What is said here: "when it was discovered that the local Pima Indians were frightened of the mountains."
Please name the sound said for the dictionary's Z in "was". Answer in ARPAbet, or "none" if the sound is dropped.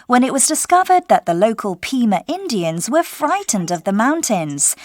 Z